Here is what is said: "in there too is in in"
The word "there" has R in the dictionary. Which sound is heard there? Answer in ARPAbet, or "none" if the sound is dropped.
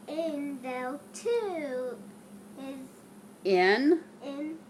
L